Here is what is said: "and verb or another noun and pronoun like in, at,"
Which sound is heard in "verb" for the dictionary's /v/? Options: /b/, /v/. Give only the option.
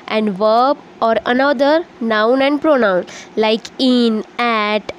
/v/